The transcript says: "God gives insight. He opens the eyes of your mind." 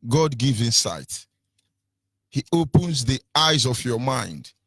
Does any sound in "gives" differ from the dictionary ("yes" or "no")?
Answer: yes